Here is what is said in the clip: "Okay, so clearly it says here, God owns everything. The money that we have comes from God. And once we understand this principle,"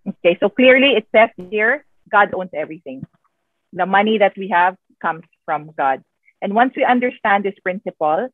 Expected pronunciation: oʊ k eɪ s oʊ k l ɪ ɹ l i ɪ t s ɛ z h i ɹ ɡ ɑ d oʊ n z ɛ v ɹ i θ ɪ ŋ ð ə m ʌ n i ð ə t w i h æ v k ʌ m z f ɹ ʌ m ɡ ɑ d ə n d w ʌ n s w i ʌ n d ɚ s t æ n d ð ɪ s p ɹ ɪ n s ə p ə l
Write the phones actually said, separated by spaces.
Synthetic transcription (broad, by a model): oʊ k eɪ s oʊ k l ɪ ɹ l i ɪ t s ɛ s h i ɹ ɡ ɑ d oʊ n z ɛ v ɹ i θ ɪ ŋ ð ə m ʌ n i ð ə t w i h æ v k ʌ m s f ɹ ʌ m ɡ ɑ d ə n d w ʌ n s w i ʌ n d ɚ s t æ n d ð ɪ s p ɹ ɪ n s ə p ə l